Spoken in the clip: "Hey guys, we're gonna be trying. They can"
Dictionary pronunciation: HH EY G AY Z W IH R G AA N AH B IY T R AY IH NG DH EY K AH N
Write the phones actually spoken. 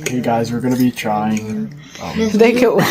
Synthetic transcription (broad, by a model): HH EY G AY Z W IH R G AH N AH B IY T R AY IH NG DH EY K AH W